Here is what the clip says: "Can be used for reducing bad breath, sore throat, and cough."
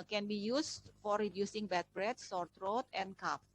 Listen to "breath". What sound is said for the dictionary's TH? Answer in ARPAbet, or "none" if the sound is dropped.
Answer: T